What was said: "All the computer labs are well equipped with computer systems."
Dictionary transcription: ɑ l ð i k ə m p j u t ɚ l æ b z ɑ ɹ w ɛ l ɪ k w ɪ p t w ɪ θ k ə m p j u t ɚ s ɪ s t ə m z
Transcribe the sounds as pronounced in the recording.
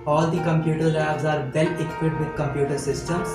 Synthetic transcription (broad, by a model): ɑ l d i k ə m p j u t ɚ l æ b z ɑ ɹ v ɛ l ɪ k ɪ t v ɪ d k ə m p j u t ɚ s ɪ s t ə m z